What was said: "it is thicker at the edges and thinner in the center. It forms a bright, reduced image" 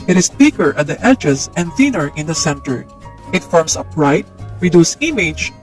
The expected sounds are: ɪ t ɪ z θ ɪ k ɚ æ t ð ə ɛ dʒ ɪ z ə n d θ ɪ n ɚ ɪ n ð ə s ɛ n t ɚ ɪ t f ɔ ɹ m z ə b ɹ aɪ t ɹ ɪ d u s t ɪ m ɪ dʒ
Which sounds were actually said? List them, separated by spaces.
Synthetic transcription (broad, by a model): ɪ t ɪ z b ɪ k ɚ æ t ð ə ɛ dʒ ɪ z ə n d θ ɪ n ɚ ɪ n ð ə s ɛ n t ɚ ɪ t f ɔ ɹ m s ə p ɹ aɪ t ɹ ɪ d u s ɪ m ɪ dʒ